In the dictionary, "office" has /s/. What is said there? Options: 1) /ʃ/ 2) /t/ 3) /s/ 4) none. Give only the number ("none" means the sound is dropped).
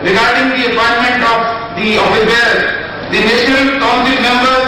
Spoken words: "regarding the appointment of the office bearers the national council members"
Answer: 4